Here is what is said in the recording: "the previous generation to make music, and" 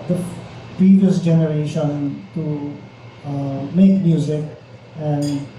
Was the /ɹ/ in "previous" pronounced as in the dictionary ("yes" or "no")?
no